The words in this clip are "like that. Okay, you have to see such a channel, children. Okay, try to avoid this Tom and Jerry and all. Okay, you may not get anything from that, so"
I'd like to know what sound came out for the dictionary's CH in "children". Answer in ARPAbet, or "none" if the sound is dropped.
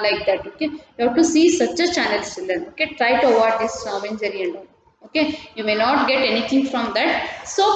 S